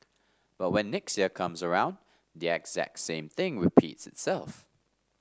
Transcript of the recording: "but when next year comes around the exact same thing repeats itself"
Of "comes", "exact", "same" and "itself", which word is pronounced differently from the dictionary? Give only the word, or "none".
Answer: none